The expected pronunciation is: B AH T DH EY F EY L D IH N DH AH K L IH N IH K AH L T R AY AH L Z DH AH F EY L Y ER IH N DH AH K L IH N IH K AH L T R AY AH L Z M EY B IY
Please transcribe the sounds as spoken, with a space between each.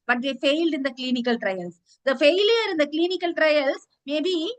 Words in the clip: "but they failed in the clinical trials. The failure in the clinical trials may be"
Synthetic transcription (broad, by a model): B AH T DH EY F EY L D IH N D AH K L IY N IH K AH L T R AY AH L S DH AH F EY L Y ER IH N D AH K L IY N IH K AH L T R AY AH L S M EY B IY